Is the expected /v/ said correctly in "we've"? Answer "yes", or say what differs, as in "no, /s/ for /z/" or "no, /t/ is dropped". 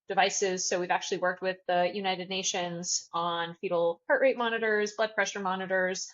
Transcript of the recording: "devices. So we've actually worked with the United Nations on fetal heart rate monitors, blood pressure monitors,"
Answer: yes